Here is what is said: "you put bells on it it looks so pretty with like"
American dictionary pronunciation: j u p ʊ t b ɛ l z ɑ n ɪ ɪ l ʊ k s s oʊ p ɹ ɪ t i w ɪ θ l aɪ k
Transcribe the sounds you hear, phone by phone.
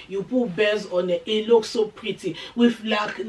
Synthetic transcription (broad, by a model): j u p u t b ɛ z ɑ n ɪ ɪ l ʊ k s s oʊ p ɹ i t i w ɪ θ l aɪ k